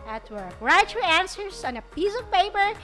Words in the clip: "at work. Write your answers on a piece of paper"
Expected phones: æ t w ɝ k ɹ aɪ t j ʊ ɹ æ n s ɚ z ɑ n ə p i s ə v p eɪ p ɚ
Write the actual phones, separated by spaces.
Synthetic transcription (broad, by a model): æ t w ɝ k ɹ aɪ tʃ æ n s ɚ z ɑ n ə p i s ə v p eɪ p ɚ